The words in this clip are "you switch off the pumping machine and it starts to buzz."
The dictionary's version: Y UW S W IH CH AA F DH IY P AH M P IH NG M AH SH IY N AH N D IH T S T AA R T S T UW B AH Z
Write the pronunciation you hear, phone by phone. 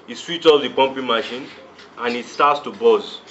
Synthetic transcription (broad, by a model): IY S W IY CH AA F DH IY P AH M P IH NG M AH SH IY N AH N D IH T S T AA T S T UW B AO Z